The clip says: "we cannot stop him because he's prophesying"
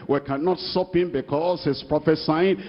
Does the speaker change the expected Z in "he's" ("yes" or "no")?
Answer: yes